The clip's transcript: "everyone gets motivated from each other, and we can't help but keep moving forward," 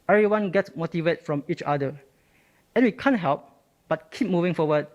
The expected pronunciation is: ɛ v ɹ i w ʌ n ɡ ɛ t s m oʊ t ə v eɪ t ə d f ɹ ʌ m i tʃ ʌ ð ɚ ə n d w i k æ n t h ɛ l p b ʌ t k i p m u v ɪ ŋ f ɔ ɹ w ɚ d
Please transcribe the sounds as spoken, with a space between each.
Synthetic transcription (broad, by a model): ɛ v ɹ i w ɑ n ɡ ɛ t s m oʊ t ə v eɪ t f ɹ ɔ m i tʃ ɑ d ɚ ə n w i k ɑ n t h ɛ l p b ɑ t k i p m u v ɪ ŋ f ɔ w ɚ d